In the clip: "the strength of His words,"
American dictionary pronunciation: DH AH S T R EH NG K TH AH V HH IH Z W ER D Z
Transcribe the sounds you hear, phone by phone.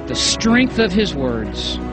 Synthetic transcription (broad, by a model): DH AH S T R EH NG K TH AH V IH Z W ER D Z